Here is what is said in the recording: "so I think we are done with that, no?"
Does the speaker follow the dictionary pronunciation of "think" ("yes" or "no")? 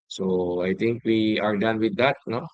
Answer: no